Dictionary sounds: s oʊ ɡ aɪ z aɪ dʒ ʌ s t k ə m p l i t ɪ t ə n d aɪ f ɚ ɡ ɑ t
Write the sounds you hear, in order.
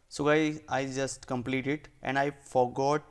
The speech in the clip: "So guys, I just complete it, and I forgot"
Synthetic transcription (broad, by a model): s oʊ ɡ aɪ aɪ dʒ ʌ s t k ə m p l i t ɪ t ə n d aɪ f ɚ ɡ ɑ t